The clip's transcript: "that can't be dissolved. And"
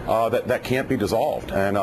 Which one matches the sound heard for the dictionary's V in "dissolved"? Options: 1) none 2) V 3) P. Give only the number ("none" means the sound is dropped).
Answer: 2